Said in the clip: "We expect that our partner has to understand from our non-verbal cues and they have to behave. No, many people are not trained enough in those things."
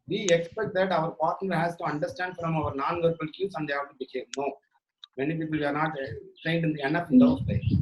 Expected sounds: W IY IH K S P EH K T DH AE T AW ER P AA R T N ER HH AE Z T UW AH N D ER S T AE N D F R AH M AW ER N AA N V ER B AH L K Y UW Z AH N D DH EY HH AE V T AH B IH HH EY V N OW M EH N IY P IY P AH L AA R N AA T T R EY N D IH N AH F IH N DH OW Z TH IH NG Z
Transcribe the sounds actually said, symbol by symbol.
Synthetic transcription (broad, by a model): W IY IH K S P EH K T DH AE T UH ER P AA R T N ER HH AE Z T UW AH N D ER S T AE N D F R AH M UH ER N AA N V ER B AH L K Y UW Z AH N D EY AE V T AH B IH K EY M N OW M EH N IY P IY P AH L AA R N AA T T EY N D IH N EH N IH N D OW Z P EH